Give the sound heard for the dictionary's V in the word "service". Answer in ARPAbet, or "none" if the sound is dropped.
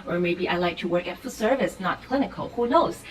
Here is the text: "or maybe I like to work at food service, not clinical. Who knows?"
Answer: V